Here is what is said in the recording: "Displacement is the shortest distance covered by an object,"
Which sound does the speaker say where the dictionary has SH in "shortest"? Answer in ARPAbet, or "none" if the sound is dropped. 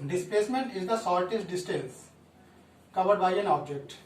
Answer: S